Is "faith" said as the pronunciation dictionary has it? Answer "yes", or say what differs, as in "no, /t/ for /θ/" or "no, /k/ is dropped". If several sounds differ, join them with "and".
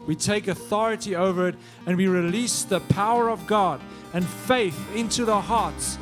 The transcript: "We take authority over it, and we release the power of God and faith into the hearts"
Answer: yes